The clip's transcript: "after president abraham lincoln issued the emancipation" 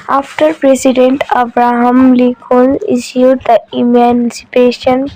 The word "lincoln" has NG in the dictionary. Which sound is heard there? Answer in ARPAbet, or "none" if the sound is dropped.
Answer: none